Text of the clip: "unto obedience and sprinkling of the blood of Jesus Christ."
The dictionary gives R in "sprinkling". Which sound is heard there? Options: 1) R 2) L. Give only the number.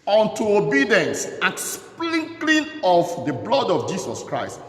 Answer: 2